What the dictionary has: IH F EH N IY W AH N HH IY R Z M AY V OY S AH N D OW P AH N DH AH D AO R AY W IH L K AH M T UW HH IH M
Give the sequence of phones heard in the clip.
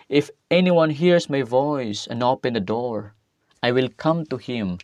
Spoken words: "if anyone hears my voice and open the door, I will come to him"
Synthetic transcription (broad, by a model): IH F EH N IY W AH N HH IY R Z M AY V OY S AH N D OW P AH N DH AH D AO R AY W IH L K AH M T UW HH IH M